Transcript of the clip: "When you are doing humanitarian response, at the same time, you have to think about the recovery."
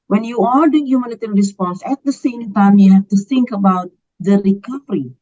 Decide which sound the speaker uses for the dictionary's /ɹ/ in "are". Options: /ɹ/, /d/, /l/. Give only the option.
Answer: /l/